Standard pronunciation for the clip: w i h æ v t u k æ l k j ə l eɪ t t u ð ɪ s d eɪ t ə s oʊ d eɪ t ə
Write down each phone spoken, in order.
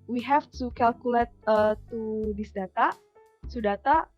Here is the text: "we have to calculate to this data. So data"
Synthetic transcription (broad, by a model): w i h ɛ f t u k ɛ l k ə l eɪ t t u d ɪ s d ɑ t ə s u d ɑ t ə